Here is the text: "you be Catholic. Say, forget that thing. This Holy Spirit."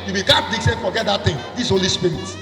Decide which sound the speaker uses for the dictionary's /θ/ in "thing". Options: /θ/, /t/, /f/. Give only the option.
/t/